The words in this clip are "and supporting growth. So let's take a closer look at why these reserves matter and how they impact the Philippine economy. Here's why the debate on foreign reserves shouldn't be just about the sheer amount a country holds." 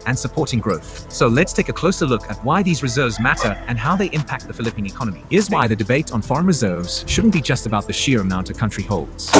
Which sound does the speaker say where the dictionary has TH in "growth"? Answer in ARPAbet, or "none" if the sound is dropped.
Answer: TH